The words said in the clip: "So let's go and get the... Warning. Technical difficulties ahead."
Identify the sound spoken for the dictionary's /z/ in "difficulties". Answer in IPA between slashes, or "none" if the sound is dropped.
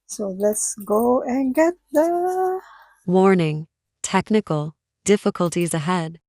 /z/